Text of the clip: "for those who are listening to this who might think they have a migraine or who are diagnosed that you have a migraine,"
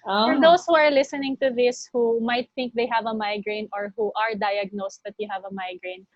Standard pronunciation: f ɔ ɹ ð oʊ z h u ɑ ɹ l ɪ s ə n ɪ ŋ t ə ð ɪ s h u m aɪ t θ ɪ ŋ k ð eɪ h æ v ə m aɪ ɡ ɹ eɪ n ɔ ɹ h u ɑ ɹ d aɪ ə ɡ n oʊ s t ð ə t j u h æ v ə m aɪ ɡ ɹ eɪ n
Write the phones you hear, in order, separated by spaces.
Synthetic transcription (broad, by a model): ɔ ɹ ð oʊ s h u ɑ ɹ l ɪ s ə n ɪ ŋ t ə ð ɪ s h u m aɪ t θ ɪ ŋ k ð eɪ h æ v ə m aɪ ɡ ɹ eɪ n ɔ ɹ h u ɑ ɹ d aɪ ə ɡ n oʊ s t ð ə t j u h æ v ə m aɪ ɡ ɹ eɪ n